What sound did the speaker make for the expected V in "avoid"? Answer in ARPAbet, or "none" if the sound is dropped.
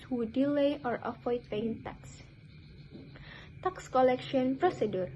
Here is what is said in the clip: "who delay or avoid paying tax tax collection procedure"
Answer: F